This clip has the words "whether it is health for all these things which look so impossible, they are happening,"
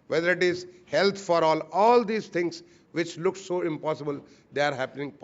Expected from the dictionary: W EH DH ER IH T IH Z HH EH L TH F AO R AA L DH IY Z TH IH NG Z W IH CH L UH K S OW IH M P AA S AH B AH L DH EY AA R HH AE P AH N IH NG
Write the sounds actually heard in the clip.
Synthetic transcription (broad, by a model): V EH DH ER IH T IH Z HH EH L T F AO R AA L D IY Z T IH NG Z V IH CH L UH K S OW IH M P AA S AH B AH L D EY AA R HH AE P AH N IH NG